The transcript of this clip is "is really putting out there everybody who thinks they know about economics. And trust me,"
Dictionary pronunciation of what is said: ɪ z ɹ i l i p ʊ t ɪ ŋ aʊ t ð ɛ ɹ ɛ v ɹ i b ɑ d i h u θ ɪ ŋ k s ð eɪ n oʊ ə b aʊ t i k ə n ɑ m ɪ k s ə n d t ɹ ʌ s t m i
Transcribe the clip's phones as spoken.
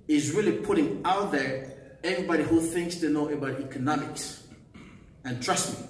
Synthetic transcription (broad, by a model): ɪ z ɹ i l i p ʊ t ɪ ŋ aʊ t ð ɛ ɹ ɛ v ɹ i b ɑ d i h u θ ɪ ŋ k s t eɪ n oʊ ə b aʊ t i k ə n ɑ m ɪ k s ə n t ɹ ʌ s t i